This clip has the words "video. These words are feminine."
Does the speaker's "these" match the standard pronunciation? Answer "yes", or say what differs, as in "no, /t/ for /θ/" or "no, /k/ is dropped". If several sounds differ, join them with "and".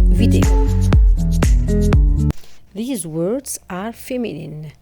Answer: yes